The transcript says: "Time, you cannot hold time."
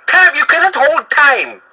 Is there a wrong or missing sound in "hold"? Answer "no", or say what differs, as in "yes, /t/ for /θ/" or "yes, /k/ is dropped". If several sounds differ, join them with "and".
no